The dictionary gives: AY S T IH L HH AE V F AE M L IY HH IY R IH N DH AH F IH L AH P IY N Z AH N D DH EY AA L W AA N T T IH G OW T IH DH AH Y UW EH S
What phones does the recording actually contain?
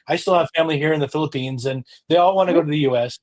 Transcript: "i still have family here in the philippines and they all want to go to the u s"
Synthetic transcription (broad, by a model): AY S T IH L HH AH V F AE M L IY HH IY R IH N DH AH F IH L AH P IY N Z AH N DH EY AA L W AA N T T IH G OW T IH DH AH Y UW EH S